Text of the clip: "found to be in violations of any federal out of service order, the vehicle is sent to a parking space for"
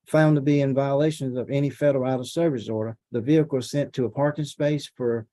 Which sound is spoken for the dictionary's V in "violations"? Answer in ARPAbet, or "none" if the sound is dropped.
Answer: V